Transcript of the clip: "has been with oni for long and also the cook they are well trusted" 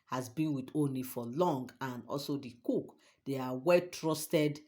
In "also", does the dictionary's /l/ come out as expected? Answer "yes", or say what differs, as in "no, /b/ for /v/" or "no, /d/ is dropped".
yes